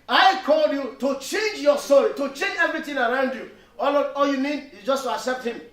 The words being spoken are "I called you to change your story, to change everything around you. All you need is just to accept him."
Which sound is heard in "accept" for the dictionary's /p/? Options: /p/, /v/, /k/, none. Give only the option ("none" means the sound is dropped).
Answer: /p/